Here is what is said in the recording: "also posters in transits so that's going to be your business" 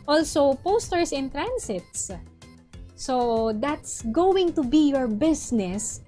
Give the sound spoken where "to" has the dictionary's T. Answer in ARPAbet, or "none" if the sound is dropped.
T